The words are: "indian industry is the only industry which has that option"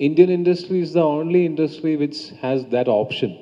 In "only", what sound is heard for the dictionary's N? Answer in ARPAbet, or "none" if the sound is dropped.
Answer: N